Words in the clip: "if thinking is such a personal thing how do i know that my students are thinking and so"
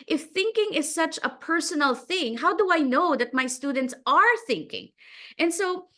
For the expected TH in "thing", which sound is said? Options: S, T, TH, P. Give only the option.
TH